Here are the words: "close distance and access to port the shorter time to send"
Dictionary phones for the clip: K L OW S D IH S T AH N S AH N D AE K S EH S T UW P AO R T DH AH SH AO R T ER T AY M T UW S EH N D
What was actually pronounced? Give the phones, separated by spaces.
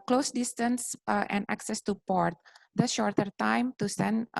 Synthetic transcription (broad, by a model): K L OW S D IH S T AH N S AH N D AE K S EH S T UW P AO R T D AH SH AO R T ER T AY M T UW S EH N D